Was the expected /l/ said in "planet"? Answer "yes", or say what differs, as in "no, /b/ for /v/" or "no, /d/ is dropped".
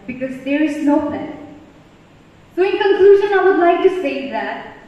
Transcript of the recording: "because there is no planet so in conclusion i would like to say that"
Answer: no, /l/ is dropped